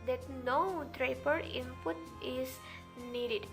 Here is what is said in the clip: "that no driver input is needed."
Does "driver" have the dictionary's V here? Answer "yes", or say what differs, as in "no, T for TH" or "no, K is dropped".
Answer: no, P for V